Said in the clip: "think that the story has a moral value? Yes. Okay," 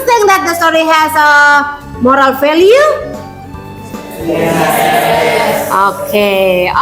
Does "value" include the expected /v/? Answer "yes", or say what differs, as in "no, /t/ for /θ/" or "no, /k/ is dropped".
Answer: no, /f/ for /v/